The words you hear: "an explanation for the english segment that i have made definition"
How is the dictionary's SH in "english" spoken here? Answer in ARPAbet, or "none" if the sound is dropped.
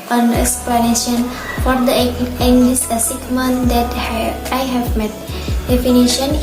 S